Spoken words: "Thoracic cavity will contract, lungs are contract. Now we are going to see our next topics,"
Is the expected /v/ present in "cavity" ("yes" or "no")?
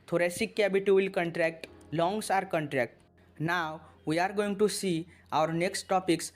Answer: no